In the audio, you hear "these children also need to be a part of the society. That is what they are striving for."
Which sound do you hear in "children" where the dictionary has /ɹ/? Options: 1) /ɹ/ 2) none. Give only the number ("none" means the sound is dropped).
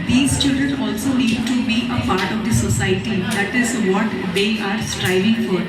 1